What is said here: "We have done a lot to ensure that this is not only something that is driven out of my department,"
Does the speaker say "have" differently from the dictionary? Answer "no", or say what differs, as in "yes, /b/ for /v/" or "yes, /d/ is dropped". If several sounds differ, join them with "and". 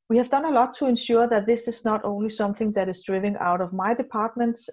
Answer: no